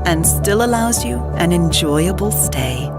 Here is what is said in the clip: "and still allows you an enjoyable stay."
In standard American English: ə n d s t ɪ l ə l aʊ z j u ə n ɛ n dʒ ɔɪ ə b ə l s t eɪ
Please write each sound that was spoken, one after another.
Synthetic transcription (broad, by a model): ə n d s t ɪ l ə l aʊ z j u ə n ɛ n dʒ ɔɪ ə b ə l s t eɪ